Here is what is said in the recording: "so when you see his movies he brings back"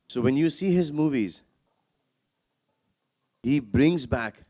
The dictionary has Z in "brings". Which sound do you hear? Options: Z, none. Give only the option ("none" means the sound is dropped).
Z